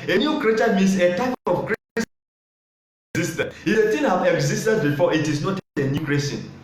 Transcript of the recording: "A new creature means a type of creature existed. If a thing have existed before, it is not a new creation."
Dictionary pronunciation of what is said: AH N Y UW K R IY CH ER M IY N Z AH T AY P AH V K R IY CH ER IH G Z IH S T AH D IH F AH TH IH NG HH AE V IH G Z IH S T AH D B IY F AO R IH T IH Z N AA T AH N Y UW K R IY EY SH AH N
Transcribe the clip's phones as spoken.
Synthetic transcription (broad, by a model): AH N Y UW K R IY CH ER M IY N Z AH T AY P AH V K R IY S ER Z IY S T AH IH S AH T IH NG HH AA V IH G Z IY S T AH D B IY F AO IH T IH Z N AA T AH N Y UW K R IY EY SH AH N